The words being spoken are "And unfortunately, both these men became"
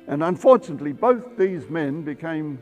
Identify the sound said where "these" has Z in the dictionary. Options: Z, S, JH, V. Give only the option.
Z